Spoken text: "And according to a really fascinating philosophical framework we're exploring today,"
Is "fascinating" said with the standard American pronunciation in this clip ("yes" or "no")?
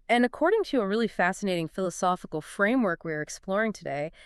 yes